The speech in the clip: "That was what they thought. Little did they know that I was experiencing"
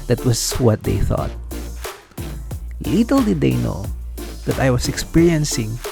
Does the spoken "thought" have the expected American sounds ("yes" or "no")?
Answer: yes